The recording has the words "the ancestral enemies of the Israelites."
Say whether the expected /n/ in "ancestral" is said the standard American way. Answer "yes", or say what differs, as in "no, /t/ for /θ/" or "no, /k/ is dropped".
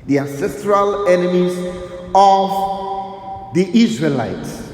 yes